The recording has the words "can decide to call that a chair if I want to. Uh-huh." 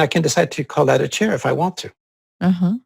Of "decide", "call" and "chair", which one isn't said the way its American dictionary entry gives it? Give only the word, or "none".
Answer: none